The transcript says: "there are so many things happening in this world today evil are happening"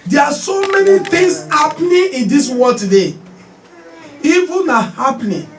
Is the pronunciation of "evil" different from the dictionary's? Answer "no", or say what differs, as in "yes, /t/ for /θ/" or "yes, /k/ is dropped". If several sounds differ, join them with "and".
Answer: yes, /n/ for /l/